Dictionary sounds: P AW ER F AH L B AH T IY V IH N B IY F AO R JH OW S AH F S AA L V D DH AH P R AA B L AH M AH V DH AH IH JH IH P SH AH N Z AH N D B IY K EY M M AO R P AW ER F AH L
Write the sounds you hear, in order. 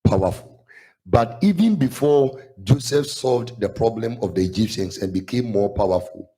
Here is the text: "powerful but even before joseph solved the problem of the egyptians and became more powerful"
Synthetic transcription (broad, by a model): P AW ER F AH L B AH T IY V IH N B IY F AO JH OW S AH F S AA L V D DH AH P R AA B L AH M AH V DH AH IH JH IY P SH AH N S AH N B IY K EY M M AO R P AW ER F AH L